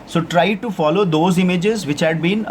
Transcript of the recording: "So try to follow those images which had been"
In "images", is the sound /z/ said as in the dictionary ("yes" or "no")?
yes